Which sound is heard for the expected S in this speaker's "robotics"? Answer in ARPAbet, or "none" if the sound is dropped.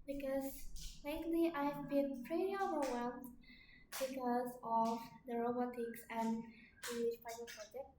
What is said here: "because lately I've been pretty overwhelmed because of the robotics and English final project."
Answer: S